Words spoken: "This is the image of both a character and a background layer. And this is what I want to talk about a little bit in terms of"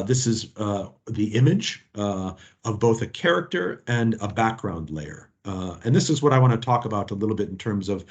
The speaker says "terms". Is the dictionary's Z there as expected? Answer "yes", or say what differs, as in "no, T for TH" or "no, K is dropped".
yes